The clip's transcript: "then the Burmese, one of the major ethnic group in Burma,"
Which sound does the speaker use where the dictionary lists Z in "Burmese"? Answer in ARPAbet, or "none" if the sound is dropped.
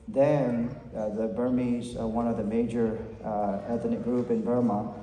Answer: Z